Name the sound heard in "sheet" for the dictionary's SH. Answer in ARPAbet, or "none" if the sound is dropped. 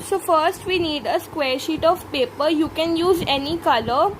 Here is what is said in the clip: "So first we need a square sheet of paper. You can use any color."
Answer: SH